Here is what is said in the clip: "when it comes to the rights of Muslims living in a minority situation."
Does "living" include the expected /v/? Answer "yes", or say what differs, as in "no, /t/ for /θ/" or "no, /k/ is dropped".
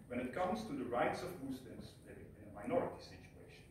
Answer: no, /v/ is dropped